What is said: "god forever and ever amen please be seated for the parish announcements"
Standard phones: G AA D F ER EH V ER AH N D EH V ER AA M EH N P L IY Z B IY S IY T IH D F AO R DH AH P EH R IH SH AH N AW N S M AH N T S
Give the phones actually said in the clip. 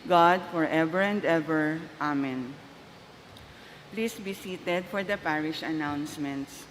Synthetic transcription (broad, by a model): G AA D F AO EH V ER AH N D EH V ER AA M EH N P L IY S B IY S IY T IH D F AO R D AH P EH R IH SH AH N AW N S M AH N T S